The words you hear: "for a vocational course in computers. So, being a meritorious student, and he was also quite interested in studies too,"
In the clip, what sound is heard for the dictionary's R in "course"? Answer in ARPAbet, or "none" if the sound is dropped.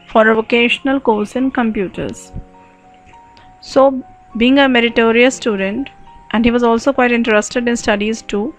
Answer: L